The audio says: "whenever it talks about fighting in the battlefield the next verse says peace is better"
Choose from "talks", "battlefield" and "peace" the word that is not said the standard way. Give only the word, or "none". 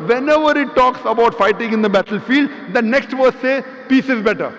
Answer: none